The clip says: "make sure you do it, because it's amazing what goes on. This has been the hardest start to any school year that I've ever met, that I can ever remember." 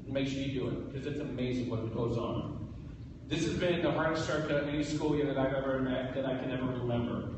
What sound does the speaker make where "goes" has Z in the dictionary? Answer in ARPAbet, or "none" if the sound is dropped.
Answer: Z